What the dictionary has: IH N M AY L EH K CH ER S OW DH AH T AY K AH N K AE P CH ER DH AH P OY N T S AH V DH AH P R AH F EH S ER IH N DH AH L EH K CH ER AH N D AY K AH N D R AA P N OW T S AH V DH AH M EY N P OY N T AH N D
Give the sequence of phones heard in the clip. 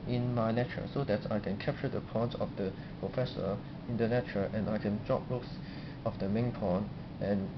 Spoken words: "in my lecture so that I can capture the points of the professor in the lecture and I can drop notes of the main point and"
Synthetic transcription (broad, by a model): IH N M AY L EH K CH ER S OW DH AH T AY K AH N K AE P CH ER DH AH P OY N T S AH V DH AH P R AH F EH S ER IH N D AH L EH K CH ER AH N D AY K AH N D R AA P L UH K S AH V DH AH M EY N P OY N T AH N